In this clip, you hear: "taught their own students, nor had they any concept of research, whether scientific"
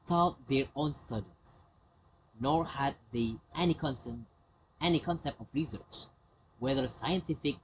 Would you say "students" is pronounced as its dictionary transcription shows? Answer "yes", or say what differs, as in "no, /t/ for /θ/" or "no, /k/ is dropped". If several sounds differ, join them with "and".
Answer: no, /n/ is dropped